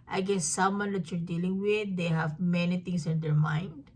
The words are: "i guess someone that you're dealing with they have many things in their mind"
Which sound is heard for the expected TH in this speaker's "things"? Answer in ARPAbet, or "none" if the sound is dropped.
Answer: T